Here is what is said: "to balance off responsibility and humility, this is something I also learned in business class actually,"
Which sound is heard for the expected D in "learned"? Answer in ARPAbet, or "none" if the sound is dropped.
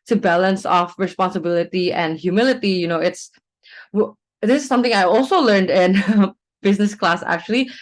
D